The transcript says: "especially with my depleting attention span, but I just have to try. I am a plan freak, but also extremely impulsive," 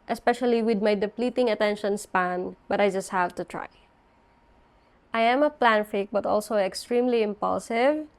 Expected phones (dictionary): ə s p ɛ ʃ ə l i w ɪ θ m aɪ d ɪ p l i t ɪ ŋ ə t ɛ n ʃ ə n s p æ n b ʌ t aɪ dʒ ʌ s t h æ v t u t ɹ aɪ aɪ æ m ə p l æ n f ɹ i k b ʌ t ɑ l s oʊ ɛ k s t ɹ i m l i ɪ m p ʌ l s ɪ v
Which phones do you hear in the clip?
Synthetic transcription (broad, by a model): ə s p ɛ ʃ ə l i w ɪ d m aɪ d ɪ p l i t ɪ ŋ ə t ɛ n ʃ ə n s p æ n b ʌ t aɪ dʒ ʌ s t h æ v t u t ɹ aɪ aɪ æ m ə p l æ n f i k b ʌ t ɑ l s oʊ ɛ k s t ɹ i m l i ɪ m p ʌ l s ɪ v